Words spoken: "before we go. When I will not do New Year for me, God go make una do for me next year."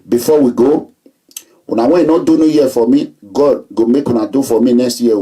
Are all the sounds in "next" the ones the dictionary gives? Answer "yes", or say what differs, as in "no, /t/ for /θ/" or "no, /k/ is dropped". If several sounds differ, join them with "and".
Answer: no, /k/ is dropped